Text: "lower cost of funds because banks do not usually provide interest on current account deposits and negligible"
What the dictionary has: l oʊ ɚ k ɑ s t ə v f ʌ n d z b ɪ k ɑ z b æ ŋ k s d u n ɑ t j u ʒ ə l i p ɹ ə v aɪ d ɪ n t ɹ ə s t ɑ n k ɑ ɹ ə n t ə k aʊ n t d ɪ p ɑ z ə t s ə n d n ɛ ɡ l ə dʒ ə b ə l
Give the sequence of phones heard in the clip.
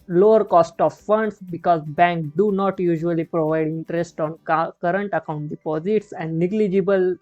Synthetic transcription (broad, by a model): l oʊ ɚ k ɑ s t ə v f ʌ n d s b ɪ k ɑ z b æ ŋ k d u n ɑ t j u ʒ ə l i p ɹ ə v aɪ d ɪ n t ɹ ə s t ɑ n k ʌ ɹ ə n t ə k aʊ n t d ɪ p ɑ z ə t s ə n d n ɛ ɡ l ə dʒ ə b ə l